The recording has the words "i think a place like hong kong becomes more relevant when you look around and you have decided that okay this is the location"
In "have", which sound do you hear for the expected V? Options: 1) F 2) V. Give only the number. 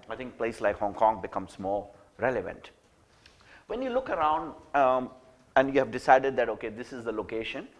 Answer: 2